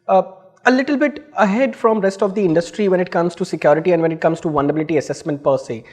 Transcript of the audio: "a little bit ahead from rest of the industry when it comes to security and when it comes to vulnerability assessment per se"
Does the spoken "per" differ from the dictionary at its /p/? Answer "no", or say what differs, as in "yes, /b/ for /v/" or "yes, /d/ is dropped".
no